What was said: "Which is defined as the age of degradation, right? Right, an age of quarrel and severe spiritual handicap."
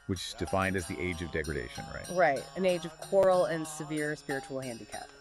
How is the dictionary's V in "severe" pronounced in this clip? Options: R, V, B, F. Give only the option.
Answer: V